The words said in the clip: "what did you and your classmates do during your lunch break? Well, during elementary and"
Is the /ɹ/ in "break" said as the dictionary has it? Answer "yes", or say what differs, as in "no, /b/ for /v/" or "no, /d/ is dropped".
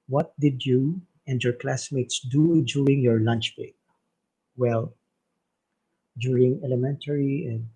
no, /ɹ/ is dropped